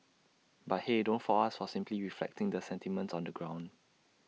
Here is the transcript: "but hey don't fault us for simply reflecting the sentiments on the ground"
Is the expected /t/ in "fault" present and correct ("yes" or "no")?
no